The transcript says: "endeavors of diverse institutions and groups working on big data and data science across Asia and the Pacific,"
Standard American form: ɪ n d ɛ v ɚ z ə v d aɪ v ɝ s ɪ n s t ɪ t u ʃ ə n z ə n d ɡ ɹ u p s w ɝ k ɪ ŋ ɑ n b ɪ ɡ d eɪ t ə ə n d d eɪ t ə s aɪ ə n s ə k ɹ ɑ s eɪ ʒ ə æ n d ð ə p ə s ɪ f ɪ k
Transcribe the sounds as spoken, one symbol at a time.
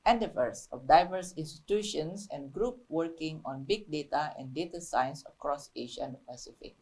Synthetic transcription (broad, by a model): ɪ n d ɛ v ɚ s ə f d aɪ v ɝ s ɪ n s t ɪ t u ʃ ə n s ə n ɡ ɹ u p w ɝ k ɪ ŋ ɑ n b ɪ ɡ d eɪ t ə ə n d d eɪ t ə s aɪ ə n s ə k ɹ ɑ s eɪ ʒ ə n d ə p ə s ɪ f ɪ k